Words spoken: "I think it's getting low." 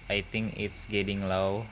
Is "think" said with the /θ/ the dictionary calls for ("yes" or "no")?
no